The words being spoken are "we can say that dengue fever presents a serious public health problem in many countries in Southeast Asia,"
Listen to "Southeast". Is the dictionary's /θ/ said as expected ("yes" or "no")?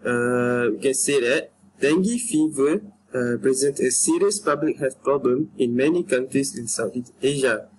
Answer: no